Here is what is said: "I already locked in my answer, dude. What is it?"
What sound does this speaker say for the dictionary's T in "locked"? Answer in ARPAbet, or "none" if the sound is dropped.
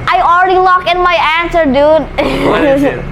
none